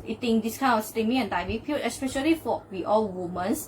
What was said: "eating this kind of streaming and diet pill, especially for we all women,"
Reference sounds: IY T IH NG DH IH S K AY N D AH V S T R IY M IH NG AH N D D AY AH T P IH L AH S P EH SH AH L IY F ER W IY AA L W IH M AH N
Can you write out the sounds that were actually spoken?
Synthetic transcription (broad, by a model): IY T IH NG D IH S K AY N AH F S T IY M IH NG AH N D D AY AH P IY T AH S P EH SH AH L IY F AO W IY AA L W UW M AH N